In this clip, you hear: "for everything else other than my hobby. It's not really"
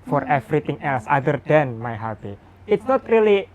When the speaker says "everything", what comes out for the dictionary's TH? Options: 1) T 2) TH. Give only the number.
1